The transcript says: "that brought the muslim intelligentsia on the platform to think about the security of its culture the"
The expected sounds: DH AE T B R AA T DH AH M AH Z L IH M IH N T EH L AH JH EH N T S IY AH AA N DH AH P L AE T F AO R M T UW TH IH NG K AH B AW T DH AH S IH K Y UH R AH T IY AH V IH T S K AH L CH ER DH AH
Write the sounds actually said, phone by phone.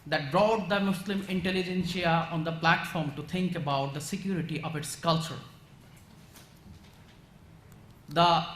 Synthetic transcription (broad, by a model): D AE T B R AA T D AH M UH S L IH M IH N T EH L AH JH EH N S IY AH AA N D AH P L AE T F AO R M T UW T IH NG K AH B AW T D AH S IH K Y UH R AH T IY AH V IH T S K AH L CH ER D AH